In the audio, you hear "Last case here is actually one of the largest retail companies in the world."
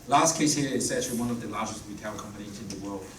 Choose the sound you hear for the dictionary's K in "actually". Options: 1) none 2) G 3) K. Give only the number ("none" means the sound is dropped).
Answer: 1